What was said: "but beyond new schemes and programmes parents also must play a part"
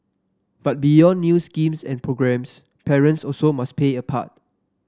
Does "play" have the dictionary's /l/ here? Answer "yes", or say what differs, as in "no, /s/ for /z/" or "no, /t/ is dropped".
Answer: no, /l/ is dropped